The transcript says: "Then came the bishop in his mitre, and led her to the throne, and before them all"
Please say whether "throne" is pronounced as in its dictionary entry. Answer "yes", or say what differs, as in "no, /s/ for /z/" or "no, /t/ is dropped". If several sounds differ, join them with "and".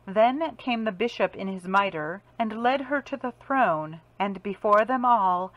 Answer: yes